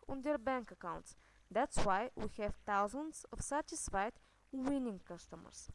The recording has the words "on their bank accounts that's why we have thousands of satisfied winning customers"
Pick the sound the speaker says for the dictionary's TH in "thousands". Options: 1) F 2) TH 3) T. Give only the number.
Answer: 3